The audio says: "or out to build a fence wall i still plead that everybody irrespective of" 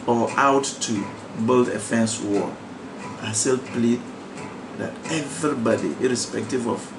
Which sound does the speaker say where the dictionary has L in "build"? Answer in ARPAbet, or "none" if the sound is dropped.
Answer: L